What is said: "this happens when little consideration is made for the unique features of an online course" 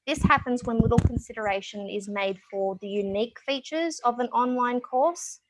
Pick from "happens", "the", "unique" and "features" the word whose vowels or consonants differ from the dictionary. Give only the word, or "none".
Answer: none